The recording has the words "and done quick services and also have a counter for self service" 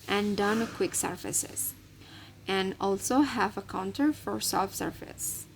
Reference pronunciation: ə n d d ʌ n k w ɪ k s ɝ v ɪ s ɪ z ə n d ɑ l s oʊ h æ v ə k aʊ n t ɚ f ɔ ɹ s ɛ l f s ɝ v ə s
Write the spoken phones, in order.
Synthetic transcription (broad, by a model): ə n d d ʌ n k w ɪ k s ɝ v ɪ s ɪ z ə n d ɑ l s oʊ h æ v ə k aʊ n t ɚ f ɔ ɹ s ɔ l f s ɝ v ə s